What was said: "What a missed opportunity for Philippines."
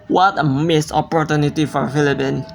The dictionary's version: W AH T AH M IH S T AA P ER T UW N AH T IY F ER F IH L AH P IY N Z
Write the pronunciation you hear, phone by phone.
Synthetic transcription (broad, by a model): W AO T AH M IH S AA P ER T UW N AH T IY F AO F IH L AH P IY N